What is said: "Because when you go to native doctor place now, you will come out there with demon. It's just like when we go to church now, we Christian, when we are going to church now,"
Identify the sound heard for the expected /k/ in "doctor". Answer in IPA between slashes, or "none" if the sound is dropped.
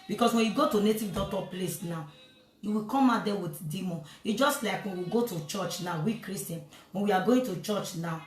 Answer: none